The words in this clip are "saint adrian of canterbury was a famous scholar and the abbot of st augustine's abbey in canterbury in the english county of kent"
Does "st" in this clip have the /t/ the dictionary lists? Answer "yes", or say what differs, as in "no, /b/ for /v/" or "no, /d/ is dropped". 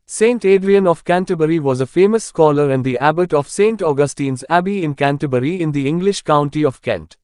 yes